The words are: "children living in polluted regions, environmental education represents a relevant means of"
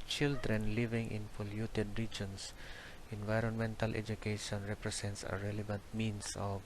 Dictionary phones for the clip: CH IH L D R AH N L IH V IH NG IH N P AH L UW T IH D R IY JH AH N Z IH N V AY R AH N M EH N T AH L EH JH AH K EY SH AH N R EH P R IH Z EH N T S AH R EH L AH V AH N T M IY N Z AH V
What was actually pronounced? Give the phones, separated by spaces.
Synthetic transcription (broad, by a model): CH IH L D R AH N L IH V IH NG IH N F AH L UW T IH D R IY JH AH N S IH N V AY R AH N M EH N T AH L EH JH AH K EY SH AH N R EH P R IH S EH N T S AH R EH L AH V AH N T M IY N S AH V